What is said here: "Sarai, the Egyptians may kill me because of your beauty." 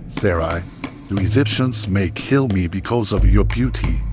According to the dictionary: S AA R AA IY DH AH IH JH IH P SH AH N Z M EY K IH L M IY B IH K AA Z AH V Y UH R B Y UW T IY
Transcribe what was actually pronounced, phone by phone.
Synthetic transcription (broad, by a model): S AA R AA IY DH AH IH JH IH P SH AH N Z M EY K IH L M IY B IH K AA Z AH V Y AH R B Y UW T IY